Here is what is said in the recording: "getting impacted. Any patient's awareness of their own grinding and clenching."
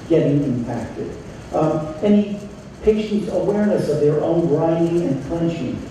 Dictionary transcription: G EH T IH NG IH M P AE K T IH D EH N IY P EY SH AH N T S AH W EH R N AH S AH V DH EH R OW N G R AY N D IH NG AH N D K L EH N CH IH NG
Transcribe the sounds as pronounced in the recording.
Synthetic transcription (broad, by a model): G EH T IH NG IH M P AE K T IH D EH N IY P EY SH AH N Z AH W EH R N AH S AH V DH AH R OW N R AY D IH NG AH N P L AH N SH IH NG